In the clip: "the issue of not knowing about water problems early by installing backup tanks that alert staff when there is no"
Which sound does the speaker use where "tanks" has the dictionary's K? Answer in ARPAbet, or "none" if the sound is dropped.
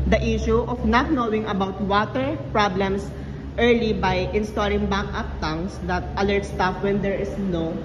none